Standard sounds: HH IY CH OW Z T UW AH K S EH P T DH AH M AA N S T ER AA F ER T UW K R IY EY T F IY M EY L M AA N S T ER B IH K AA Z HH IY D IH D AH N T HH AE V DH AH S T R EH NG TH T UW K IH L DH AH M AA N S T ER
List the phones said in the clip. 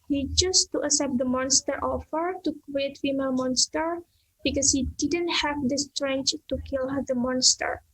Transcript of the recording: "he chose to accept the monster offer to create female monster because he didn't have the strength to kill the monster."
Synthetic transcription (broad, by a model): HH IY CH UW S T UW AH S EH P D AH M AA N S T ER AA F ER T UW K R IY EY T F IY M EY L M AA N S T ER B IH K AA S HH IY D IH D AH N T HH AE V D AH S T R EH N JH T UW K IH L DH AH M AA N S T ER